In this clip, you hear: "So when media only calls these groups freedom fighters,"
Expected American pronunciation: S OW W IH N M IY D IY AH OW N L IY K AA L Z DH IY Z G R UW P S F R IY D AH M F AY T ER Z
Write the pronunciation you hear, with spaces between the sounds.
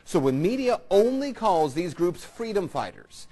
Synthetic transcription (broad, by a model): S OW W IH N M IY D IY AH OW N L IY K AA L Z DH IY Z G R UW P S F R IY D AH M F AY T ER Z